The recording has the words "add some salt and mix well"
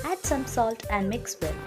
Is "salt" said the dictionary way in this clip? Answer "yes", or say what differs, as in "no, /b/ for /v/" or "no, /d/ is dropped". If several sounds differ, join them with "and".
yes